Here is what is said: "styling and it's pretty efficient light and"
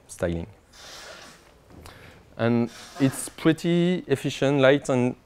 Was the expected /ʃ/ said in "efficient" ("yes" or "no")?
yes